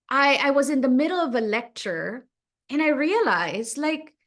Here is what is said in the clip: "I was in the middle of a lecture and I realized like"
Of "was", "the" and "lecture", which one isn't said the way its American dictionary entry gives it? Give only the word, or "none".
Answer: none